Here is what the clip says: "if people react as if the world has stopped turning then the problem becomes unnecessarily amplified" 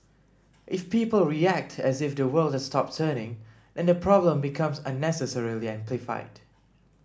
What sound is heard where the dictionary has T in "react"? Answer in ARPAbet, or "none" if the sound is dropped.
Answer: T